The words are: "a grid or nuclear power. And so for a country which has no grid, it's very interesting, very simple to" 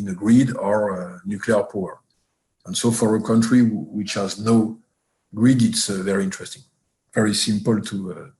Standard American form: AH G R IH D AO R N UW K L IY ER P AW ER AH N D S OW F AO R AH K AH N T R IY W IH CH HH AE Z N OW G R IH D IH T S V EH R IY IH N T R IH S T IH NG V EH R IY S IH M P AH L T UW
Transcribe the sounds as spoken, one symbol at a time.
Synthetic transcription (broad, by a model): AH G R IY D AO R N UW K L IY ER P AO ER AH N S OW F AO R AH K AH N T R IY W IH CH HH AE Z N OW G R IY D IH T S V EH R IY IH N T R IH S T IH NG V EH R IY S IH M P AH L T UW